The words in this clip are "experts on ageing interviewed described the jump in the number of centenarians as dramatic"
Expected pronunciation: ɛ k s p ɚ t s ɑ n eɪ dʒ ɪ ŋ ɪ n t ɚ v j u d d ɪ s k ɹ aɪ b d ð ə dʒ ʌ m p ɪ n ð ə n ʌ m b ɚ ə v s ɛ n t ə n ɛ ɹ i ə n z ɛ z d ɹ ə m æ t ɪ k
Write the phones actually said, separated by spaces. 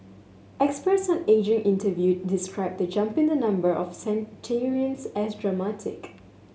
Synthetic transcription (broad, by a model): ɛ k s p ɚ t s ɑ n eɪ dʒ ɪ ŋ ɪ n t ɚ v j u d d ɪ s k ɹ aɪ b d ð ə dʒ ʌ m p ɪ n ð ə n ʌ m b ɚ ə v s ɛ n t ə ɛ ɹ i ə n s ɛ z d ɹ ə m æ t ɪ k